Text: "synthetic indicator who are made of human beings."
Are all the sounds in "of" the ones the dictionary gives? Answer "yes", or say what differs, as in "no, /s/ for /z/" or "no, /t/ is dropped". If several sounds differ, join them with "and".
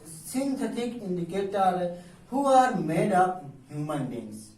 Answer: no, /p/ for /v/